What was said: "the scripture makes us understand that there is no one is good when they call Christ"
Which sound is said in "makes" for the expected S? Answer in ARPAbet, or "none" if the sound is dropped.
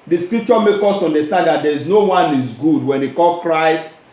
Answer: none